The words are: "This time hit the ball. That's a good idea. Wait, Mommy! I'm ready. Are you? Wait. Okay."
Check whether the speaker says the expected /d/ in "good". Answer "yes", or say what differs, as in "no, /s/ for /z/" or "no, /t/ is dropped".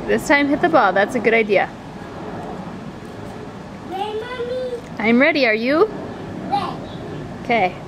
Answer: yes